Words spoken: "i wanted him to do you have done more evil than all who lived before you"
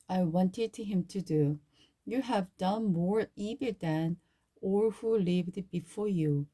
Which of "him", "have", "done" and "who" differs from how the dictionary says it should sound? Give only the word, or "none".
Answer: none